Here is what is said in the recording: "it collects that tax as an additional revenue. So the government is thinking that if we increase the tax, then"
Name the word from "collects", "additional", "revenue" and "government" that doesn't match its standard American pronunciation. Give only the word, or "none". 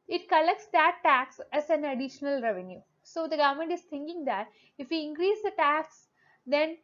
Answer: none